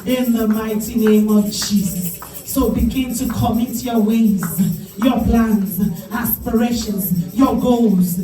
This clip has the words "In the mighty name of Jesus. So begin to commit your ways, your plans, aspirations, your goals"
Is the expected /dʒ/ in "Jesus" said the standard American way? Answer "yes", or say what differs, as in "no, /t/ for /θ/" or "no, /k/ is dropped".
no, /tʃ/ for /dʒ/